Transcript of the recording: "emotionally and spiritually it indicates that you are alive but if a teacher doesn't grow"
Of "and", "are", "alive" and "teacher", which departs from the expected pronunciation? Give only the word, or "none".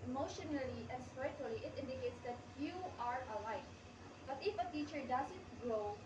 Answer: alive